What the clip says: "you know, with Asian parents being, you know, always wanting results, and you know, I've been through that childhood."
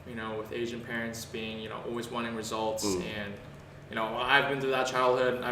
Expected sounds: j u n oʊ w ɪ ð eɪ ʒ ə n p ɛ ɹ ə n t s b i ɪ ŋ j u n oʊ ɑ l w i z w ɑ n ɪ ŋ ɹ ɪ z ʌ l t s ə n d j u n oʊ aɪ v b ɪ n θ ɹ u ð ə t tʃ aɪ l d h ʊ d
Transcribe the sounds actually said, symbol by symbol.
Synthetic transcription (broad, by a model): j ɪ n oʊ w ɪ ð eɪ ʒ ə n p ɛ ɹ ə n t s b i ɪ ŋ j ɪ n oʊ ɑ l w i z w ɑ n ɪ ŋ ɹ ɪ z ʌ l t s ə n j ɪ n oʊ aɪ v b ɪ n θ u ð ə t tʃ aɪ l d h ʊ d